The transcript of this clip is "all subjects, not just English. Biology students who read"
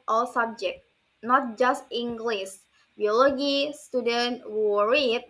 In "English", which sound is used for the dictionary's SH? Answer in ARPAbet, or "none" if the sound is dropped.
S